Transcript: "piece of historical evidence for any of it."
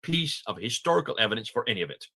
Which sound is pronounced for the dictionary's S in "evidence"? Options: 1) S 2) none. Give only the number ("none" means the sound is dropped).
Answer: 1